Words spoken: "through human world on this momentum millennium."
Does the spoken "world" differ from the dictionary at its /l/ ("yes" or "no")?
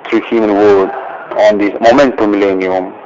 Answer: yes